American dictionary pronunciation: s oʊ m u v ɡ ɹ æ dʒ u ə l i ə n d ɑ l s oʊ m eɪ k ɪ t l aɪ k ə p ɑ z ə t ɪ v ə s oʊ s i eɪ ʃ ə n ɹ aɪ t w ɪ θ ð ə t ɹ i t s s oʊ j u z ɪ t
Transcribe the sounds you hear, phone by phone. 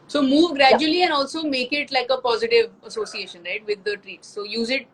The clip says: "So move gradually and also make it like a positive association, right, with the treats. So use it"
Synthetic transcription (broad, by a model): s oʊ m u v ɡ ɹ æ dʒ u ə l i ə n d ɑ l s oʊ m eɪ k ɪ t l aɪ k ə p ɑ z ə t ɪ v ə s oʊ s i eɪ ʃ ə n ɹ aɪ t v ɪ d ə t ɹ i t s s oʊ j u z ɪ t